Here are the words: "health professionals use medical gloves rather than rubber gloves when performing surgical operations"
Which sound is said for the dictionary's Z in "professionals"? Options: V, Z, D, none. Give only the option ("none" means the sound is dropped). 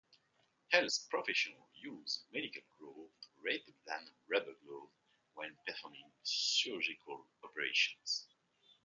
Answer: none